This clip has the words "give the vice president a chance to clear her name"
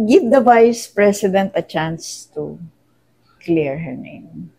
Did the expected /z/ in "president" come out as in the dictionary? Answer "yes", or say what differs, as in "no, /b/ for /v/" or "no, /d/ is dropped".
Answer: no, /s/ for /z/